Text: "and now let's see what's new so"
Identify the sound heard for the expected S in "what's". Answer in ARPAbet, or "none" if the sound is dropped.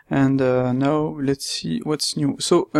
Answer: S